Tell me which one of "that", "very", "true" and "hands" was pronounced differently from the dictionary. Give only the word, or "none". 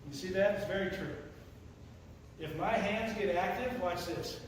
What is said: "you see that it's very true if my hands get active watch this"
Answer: none